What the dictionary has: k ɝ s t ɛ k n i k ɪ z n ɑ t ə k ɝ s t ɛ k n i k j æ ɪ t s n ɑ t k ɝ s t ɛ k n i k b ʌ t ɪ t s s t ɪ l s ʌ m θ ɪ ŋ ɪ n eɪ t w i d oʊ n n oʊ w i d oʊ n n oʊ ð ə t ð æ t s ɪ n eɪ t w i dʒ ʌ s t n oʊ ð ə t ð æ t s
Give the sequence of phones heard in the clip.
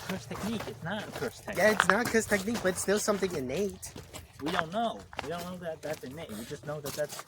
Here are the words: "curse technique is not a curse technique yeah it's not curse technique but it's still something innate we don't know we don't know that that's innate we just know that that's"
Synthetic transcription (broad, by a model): k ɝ s t ɛ k n i k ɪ s n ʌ t ə k ɝ s t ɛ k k j æ ɪ t s n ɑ t k ɝ s t ɛ k n i k b ʌ t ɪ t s s t ɪ l s ʌ m θ ɪ ŋ ɪ n eɪ t w i d oʊ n n oʊ w i d oʊ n n oʊ ð ə t ð æ t s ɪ n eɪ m w i dʒ ʌ s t n oʊ ð ə t ð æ t s